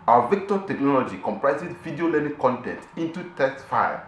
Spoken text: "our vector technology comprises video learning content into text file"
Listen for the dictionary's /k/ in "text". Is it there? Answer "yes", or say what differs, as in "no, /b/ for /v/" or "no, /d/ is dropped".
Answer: no, /k/ is dropped